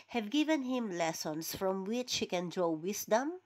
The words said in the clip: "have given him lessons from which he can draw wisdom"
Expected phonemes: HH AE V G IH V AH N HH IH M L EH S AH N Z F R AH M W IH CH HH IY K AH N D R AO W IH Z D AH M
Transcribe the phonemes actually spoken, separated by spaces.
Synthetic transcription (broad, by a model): HH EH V G IH V AH N HH IH M L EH S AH N S F R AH M W IH CH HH IY K AH N D R AO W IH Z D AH M